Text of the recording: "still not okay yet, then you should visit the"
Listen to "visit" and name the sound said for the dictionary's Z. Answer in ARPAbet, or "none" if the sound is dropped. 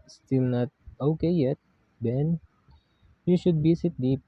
S